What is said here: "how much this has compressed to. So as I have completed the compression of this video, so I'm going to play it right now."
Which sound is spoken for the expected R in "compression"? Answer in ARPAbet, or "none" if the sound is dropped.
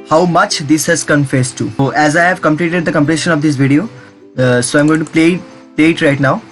L